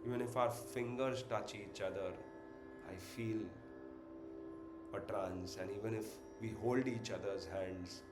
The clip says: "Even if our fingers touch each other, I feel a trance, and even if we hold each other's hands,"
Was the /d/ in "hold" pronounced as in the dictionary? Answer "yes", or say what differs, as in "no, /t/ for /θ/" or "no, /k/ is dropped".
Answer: yes